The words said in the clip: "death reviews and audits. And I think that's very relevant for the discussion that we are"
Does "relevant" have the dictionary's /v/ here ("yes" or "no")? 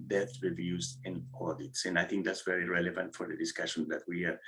yes